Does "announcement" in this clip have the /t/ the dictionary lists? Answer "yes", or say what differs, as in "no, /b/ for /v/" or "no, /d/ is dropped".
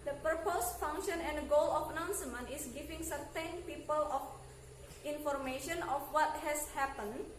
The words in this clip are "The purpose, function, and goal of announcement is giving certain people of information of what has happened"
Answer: no, /t/ is dropped